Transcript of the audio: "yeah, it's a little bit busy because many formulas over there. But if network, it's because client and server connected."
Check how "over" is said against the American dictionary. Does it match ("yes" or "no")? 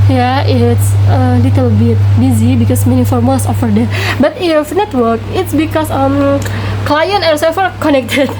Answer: no